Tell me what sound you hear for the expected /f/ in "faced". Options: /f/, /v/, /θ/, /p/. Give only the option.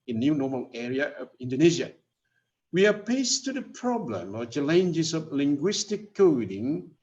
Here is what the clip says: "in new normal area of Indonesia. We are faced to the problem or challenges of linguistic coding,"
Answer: /p/